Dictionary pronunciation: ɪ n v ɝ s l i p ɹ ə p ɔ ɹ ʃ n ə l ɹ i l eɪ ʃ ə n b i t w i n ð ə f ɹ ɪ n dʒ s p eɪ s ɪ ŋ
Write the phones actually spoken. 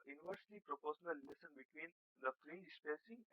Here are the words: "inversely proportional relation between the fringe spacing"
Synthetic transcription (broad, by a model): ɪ n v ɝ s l i p ɹ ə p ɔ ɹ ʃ ə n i l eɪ s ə n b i t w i n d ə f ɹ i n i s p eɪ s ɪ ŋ